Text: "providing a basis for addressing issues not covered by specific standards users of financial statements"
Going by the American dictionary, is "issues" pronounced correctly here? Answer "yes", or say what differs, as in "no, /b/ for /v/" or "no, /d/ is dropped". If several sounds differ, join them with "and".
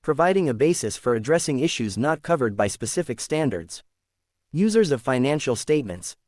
yes